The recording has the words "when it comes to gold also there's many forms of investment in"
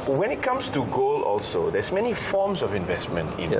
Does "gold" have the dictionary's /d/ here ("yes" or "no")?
no